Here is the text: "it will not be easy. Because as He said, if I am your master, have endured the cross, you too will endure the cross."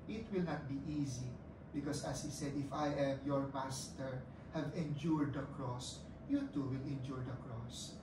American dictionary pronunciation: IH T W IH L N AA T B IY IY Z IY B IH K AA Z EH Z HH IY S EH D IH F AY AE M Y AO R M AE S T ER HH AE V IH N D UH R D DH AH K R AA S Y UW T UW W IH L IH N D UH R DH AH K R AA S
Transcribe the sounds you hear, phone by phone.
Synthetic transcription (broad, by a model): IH T W IH L N AA T B IY IY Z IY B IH K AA S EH S HH IY S EH D IH F AY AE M Y AO R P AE S T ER HH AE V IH N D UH R D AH K R AA S Y UW T UW W IH L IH N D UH R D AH K R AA S